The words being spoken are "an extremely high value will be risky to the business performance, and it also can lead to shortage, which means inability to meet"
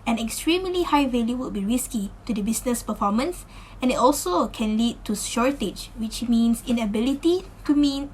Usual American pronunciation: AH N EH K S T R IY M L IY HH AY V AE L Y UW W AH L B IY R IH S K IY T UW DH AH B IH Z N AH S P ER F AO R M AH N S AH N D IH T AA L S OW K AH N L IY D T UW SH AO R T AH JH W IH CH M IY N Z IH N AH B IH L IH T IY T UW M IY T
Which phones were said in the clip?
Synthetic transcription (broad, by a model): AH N EH K S T R IY M L IY HH AY V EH L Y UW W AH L B IY R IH S K IY T UW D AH B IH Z N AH S P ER F AO M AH N S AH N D IH T AA L S OW K AH N L IY D T UW SH AO R T AH JH W IH CH M IY N S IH N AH B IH L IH T IY T UW M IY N